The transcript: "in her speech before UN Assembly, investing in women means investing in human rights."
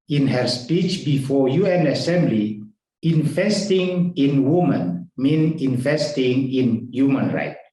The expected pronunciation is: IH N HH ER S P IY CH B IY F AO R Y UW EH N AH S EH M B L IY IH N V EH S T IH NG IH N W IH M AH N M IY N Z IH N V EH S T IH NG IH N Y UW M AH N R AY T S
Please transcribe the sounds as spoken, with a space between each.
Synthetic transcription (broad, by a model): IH N HH ER S P IY CH B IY F AO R Y UW EH N AH S EH M B L IY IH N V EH S T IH NG IH N W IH M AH N M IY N IH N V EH S T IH NG IH N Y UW M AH N R AY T